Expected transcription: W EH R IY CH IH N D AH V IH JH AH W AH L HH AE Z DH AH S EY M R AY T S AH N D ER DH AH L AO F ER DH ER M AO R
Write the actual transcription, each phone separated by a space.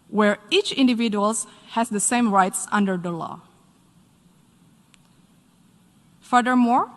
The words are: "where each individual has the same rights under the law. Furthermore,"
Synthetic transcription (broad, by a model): W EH R IY CH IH N D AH V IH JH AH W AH L HH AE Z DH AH S EY M R AY T S AH N D ER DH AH L AO F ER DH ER M AO R